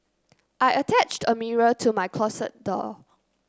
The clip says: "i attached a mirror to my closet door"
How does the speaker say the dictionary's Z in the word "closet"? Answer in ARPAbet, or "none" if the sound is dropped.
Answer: S